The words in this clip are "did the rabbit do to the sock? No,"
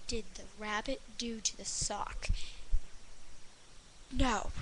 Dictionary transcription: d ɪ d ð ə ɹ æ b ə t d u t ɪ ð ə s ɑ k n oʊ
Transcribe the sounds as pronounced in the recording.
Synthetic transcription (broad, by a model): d ɪ d ð ə ɹ æ b ə t d u t ɪ ð ə s ɑ k n oʊ